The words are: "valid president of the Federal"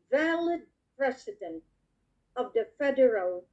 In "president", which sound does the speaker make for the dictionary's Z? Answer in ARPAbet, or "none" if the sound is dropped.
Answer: S